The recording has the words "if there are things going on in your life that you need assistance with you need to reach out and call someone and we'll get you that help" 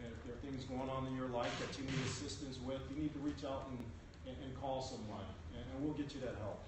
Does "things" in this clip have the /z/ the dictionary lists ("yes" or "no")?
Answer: yes